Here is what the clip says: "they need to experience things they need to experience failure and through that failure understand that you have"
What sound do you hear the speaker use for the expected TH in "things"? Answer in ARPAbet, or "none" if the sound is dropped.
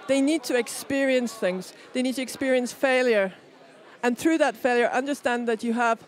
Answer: TH